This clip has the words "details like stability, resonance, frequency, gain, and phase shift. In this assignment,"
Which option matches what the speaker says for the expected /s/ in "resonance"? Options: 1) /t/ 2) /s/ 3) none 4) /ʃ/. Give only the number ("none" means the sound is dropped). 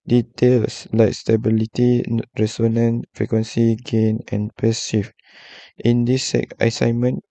3